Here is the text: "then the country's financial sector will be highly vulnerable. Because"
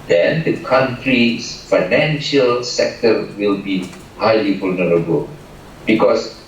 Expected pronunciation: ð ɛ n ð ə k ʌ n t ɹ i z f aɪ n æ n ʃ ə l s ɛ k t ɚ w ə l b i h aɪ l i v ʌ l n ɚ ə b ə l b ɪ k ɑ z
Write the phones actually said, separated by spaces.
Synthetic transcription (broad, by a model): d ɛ n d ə k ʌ n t ɹ i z f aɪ n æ n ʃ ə l s ɛ k t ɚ w ə l b i h aɪ l i f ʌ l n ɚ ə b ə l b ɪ k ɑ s